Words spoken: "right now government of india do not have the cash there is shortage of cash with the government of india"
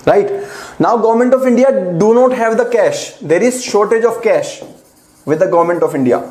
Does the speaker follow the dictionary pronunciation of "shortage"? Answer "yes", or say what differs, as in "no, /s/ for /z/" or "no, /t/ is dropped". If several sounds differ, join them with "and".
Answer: yes